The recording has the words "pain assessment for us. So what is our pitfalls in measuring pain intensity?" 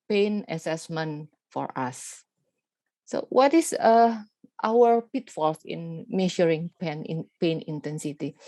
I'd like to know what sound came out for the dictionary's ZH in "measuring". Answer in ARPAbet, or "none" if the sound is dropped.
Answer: SH